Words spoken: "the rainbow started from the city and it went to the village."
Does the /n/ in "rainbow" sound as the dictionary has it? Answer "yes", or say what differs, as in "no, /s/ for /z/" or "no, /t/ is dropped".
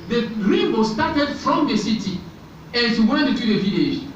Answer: no, /n/ is dropped